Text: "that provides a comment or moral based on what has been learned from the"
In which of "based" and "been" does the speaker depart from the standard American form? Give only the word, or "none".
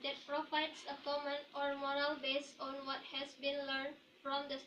based